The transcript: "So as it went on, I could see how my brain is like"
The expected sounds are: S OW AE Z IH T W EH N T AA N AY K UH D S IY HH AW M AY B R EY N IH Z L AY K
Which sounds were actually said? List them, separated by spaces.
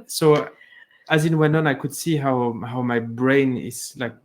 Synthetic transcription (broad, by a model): S OW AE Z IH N W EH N AA N AY K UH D S IY HH AW M AY B R EY N IH Z L AY K